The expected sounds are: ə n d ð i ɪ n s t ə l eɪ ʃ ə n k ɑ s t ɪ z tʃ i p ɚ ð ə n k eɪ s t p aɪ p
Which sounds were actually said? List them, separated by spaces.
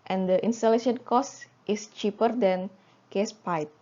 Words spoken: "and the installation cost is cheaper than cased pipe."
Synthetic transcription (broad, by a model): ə n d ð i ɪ n s t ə l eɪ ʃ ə n k ɑ s t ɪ s tʃ i p ɚ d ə n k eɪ s p aɪ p